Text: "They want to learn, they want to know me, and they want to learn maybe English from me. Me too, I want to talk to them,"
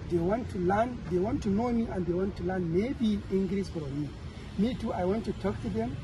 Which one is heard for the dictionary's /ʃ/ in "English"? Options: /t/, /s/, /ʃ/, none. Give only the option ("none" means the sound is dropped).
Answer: /s/